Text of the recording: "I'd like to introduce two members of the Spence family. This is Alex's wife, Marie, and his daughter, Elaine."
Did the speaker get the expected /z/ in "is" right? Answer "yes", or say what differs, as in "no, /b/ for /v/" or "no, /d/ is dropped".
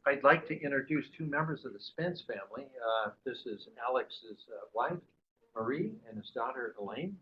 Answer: yes